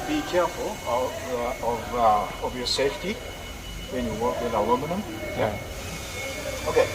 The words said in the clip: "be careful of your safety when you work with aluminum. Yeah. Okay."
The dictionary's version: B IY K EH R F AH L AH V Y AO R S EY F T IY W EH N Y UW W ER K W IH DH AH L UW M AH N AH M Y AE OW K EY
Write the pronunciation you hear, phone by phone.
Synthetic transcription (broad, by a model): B IY K EH R F AH L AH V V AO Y S EY F T IY W EH N Y UW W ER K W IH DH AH W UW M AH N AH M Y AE OW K EY